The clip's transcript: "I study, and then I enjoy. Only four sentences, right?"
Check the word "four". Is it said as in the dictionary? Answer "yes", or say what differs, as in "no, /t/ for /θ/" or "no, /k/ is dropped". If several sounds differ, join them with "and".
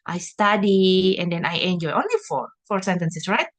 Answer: yes